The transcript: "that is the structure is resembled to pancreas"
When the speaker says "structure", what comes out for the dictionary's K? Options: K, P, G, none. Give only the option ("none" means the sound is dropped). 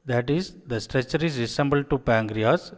none